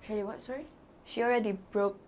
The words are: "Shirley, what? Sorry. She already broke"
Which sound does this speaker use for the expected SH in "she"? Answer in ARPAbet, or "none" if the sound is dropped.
SH